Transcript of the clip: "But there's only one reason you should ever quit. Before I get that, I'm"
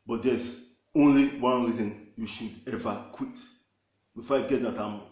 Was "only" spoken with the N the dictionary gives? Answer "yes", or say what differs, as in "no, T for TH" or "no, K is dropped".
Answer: yes